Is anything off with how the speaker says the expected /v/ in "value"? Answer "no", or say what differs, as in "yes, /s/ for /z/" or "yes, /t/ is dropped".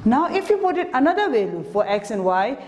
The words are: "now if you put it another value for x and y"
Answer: yes, /w/ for /v/